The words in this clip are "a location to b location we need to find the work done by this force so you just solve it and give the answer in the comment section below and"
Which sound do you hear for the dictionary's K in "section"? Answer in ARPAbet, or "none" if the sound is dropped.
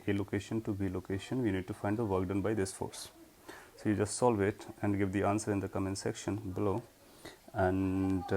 K